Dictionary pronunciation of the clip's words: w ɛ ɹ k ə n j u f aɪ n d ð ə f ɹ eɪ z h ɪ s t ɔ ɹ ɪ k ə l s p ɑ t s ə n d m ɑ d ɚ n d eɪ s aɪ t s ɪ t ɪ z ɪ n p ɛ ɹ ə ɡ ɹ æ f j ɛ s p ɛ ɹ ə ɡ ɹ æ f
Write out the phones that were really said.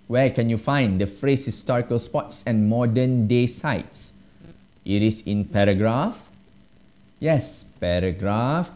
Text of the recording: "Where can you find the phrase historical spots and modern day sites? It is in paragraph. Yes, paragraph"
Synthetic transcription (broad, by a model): w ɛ k ə n j u f aɪ n d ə f ɹ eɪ s h ɪ s t ɔ ɹ ɪ k ə l s p ɑ t s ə n m ɑ d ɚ n d eɪ s aɪ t s ɪ t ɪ s ɪ n p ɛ ɹ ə ɡ ɹ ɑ f j ɛ s p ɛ ɹ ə ɡ ɹ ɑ f